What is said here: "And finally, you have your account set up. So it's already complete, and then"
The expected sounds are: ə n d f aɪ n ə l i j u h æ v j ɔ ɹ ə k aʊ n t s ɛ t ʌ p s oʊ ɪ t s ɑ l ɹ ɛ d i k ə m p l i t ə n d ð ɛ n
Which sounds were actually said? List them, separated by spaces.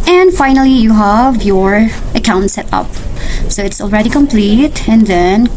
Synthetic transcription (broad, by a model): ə n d f aɪ n ə l i j u h æ v j ɔ ɹ ə k aʊ n t s ɛ t ʌ p s oʊ ɪ t s ɑ l ɹ ɛ d i k ə m p l i t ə n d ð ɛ n